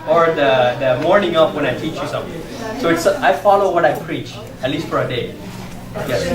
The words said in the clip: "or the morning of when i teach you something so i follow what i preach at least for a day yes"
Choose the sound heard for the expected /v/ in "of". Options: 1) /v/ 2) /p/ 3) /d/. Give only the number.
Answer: 2